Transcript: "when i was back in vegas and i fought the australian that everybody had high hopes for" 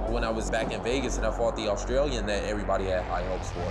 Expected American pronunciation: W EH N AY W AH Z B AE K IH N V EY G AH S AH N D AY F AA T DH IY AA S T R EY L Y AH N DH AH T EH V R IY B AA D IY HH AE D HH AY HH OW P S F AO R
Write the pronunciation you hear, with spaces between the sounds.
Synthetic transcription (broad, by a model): W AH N AY W AH Z B AE K IH N V EY G AH S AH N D AY F AA T DH IY AA S T R EY L Y AH N DH AH T EH V R IY B AA D IY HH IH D HH AY HH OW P S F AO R